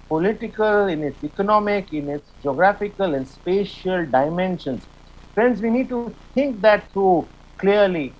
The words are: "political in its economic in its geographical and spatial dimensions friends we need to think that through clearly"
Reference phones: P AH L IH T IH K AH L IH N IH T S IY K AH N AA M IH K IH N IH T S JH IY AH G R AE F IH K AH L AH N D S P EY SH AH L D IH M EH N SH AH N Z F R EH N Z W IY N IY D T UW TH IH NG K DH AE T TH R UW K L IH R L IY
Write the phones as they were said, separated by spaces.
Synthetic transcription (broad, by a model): P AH L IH T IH K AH L IH N IH T S IY K AH N AA M IH K IH N IH T S JH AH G R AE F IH K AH L AH N D S P EY SH AH L D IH M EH N SH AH N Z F R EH N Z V IY N IY D T UW T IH NG K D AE T T R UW K L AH R L IY